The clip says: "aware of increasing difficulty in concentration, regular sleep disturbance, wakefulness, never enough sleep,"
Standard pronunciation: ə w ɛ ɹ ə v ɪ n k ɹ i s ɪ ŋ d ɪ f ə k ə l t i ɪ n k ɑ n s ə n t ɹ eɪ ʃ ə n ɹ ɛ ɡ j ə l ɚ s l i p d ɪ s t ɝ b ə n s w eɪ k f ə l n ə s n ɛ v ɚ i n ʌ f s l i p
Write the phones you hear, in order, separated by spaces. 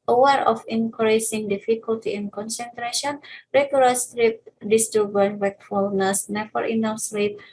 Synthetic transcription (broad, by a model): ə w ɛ ɹ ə f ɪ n k ɹ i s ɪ ŋ d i f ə k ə l t i ɪ n k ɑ n s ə n t ɹ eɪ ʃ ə n ɹ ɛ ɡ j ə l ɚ s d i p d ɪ s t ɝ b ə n w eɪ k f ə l n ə s n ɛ f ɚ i n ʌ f s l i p